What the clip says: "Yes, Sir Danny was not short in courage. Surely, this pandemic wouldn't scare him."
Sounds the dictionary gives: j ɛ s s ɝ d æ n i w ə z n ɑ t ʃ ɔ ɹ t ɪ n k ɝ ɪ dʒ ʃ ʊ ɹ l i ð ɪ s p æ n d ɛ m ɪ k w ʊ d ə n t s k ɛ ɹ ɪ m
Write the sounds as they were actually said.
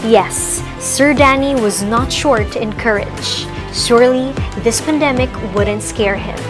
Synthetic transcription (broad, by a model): j ɛ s s ɝ d æ n i w ə z n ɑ t ʃ ɔ ɹ t ɪ n k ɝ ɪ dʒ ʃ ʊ ɹ l i ð ɪ s p æ n d ɛ m ɪ k w ʊ d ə n t s k ɛ ɹ ɪ m